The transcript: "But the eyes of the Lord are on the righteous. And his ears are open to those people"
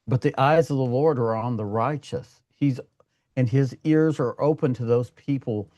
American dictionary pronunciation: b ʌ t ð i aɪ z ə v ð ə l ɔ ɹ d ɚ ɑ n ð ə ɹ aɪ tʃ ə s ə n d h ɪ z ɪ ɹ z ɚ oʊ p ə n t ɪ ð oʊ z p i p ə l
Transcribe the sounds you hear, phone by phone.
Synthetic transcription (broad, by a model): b ʌ t ð i aɪ z ə v ð ə l ɔ ɹ d ɚ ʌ n ð ə ɹ aɪ tʃ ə s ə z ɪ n ɪ z ɪ ɹ z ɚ oʊ p ə n t ɪ ð oʊ z p i p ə l